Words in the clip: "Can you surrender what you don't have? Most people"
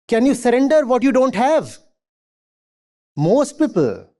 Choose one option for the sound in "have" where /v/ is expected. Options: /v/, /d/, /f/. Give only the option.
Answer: /v/